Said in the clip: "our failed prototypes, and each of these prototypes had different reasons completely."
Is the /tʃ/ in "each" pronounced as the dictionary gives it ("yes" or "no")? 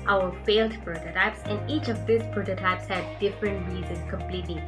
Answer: yes